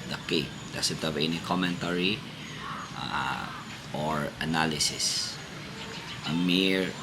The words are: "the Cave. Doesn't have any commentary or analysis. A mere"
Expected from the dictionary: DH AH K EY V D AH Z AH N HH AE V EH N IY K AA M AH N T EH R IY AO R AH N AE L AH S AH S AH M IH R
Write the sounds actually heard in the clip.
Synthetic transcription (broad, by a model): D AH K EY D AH S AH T HH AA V EH N IY K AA M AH N T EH R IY AO R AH N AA L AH S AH S AH M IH R